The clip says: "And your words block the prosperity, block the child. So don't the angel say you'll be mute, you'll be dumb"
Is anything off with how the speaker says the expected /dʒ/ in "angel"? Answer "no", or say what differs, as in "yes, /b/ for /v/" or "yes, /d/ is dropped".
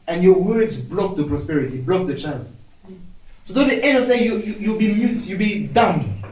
yes, /dʒ/ is dropped